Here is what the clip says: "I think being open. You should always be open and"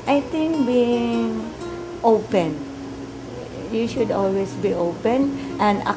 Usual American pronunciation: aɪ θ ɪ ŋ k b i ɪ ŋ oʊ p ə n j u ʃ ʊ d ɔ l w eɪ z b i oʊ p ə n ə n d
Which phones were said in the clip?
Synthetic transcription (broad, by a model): aɪ t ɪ ŋ k b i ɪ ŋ oʊ p ə n j u ʃ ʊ d ɔ l w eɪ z b i oʊ p ə n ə n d